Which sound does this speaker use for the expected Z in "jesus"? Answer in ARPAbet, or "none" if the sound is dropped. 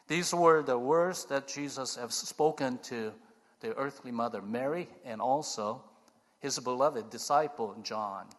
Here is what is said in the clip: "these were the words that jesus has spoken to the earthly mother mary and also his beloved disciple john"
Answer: Z